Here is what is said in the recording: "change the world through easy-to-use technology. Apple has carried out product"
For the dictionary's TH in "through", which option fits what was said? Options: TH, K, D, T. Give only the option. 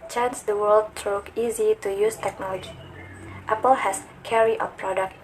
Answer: T